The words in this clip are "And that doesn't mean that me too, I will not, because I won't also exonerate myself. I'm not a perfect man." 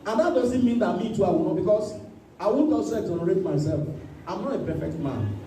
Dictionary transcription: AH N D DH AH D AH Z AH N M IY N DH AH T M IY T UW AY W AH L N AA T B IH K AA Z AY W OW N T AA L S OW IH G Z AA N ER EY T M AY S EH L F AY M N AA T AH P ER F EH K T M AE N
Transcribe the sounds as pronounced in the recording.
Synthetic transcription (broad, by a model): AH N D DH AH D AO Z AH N M IY N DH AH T M IY T UW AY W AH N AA B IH K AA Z AY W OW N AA S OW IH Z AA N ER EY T M AY S EH L F AY M N AA T AH P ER F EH K T M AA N